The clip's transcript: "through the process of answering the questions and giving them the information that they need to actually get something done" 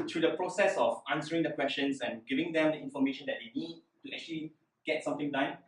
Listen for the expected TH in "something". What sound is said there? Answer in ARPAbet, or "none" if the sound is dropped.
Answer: T